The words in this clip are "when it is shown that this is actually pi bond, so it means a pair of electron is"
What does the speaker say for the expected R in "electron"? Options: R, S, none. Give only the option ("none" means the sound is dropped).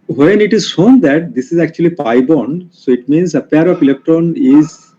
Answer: none